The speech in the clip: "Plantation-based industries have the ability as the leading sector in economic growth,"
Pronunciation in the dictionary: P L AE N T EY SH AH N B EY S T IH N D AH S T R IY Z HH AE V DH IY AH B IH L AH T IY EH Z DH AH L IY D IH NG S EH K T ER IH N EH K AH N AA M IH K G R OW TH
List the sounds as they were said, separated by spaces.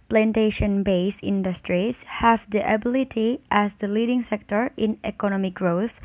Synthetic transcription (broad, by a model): P L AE N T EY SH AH N B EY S IH N D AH S T R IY S HH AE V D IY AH B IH L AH T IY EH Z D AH L IY D IH NG S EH K T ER IH N EH K AH N AA M IH K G R OW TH